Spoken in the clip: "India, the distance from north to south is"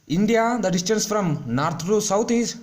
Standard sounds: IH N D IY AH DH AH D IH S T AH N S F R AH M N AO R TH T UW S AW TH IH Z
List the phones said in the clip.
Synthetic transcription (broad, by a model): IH N D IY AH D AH D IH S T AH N S F R AH M N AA R T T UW S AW T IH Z